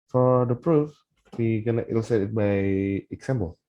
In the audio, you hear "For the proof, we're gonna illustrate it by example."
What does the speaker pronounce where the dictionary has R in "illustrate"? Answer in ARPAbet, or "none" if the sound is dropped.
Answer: none